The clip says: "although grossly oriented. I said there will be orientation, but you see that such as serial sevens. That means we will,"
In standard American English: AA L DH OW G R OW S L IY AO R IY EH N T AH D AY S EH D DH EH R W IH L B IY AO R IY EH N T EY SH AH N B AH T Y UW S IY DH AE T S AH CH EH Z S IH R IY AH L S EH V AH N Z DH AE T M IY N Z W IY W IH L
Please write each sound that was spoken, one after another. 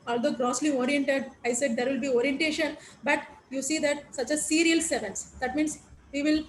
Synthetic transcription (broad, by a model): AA L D OW G R OW S L IY AO R IY EH N T AH D AY S EH D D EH R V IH L B IY AO R IY EH N T EY SH AH N B AH T Y UW S IY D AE T S AH CH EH S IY R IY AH L S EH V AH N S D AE T M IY N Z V IY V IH L